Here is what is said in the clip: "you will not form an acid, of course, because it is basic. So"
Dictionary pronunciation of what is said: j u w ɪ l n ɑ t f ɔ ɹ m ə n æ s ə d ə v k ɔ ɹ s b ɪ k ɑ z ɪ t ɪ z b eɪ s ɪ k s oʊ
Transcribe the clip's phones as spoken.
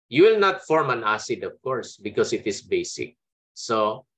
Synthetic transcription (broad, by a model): j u w ɪ l n ɑ t f ɔ ɹ m ə n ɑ s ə d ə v k ɔ ɹ s b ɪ k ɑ s ɪ t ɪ s b eɪ s ɪ k s oʊ